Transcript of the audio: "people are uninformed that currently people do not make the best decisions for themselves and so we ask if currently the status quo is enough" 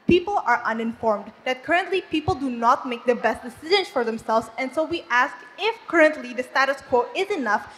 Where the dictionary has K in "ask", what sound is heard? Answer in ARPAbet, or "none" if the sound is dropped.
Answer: K